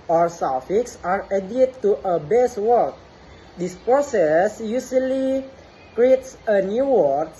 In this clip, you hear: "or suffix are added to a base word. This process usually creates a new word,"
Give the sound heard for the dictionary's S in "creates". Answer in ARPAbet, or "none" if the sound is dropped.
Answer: S